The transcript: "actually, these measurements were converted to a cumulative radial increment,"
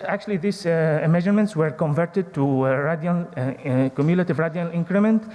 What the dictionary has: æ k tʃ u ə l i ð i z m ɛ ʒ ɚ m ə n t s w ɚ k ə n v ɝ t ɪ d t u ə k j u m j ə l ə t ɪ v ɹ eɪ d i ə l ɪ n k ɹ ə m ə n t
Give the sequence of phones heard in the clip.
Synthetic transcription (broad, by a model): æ k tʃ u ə l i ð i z m ɛ ʒ ɚ m ə n t s w ɚ k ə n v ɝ t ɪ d t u ə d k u m j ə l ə t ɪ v ɹ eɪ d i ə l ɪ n k ɹ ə m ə n t